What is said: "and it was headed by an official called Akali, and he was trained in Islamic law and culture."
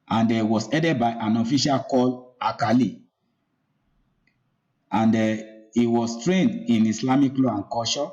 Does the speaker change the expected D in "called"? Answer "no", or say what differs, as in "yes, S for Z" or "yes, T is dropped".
yes, D is dropped